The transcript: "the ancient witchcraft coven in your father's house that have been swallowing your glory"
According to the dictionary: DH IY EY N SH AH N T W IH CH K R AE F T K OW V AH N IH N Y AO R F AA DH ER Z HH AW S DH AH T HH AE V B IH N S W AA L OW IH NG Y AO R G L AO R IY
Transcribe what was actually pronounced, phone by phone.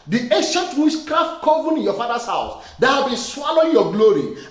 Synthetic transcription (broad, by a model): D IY EY N SH AH N T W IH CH K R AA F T K OW V AH N IH N Y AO F AA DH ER S HH AW S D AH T HH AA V B IH N S W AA L OW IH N Y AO G L AO R IY